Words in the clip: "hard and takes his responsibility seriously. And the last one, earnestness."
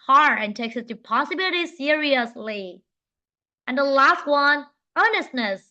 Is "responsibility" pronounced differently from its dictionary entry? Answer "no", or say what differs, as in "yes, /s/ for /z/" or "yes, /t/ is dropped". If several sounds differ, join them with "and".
yes, /s/ is dropped and /n/ is dropped